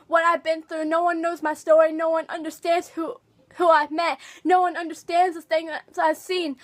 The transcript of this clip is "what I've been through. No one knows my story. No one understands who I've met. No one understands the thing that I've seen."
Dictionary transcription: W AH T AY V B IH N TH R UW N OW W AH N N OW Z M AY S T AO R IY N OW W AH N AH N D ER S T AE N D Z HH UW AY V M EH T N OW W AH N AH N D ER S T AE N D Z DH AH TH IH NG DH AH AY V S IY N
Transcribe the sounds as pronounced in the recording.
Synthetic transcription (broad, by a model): W AH T AY V B IH N TH R UW N OW W AH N N OW Z M AY S T AO R IY N OW W AH N AH N D ER S T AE N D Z HH UW AY V M EH T N OW W AH N AH N D ER S T AE N D Z DH AH TH IH NG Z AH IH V S IY N